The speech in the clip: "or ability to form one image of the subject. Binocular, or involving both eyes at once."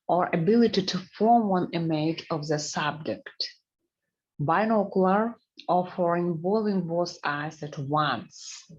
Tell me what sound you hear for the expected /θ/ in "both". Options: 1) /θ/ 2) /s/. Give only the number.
2